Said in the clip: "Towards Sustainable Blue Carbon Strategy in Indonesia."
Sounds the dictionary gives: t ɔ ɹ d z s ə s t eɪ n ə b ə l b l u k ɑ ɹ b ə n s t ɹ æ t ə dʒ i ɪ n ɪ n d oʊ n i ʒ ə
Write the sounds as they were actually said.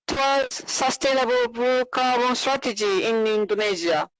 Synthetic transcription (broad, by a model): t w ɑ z s ə s t eɪ n ə b ə l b u k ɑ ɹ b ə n s t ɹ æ t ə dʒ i ɪ n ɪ n d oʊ n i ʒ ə